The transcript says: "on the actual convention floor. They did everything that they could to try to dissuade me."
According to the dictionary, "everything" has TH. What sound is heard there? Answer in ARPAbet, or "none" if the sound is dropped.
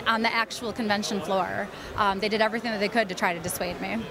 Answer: TH